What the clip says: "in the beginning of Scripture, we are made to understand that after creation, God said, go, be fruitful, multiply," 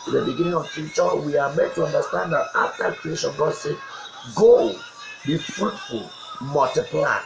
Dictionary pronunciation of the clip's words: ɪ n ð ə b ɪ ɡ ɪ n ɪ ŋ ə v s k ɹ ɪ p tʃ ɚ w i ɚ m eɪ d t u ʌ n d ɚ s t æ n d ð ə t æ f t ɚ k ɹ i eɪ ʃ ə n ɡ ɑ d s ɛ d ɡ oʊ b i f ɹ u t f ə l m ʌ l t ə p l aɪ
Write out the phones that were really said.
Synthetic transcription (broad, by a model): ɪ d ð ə b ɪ ɡ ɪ n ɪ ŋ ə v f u tʃ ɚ w i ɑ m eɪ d t u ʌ n d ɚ s t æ n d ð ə t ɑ f t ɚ k ɹ i eɪ ʃ ə n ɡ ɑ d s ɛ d ɡ oʊ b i f ɹ u t f ə l m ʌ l t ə p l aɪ